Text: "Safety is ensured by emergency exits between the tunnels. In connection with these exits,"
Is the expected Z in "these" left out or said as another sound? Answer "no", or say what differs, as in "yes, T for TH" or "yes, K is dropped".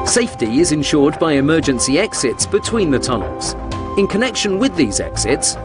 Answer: no